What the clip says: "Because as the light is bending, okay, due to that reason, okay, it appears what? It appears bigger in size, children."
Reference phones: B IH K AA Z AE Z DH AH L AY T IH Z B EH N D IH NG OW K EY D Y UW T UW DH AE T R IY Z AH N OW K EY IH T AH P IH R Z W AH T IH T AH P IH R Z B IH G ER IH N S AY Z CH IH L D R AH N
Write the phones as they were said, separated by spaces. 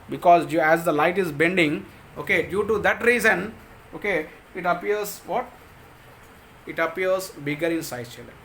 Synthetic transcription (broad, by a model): B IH K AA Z AE Z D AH L AY T IH Z B EH N D IH NG OW K EY D Y UW T UW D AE T R IY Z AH N OW K EY IH T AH P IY R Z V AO T IH T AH P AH R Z B IH G ER IH N S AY CH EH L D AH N